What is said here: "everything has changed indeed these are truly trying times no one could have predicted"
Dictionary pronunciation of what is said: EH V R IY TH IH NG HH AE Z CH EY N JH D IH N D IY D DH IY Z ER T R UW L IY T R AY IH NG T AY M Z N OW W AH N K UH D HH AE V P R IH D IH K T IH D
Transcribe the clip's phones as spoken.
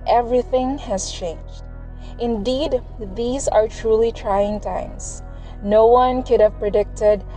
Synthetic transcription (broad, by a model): EH V R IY TH IH NG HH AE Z CH EY N JH D IH N D IY D DH IY Z ER T R UW L IY T R AY IH NG T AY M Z N OW W AH N K UH D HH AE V P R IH D IH K T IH D